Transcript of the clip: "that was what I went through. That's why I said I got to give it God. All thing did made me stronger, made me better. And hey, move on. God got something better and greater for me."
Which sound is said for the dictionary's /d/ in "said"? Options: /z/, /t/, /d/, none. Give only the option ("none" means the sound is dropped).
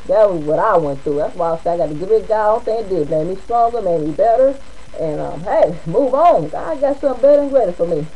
none